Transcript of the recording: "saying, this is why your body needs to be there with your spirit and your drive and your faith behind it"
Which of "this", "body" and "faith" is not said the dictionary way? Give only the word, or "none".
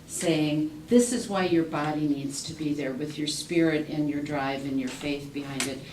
none